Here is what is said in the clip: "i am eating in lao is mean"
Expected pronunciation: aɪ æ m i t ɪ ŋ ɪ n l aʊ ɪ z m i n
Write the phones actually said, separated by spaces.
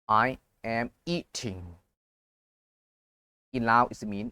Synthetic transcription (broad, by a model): aɪ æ m i t ɪ ŋ ɪ n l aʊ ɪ s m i n